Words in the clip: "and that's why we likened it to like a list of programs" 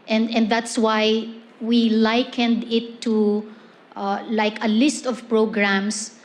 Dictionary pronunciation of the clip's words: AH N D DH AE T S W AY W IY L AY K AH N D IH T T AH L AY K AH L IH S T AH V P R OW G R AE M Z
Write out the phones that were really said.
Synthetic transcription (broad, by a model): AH N D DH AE T S W AY W IY L AY K AH N D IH T T AH L AY K AH L IH S T AH V P R OW G R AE M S